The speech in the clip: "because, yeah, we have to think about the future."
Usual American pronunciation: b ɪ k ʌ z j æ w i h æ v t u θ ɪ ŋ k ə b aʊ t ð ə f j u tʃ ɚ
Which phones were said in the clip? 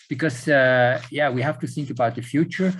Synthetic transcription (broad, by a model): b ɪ k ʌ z j æ w i h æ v t u θ ɪ ŋ k ə b aʊ t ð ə f j u tʃ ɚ